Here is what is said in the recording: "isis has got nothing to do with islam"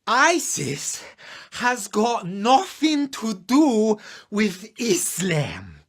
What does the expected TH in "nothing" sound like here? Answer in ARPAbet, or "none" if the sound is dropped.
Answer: TH